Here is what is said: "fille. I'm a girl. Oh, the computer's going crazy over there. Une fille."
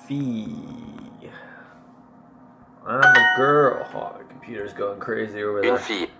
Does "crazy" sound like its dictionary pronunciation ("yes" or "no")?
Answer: yes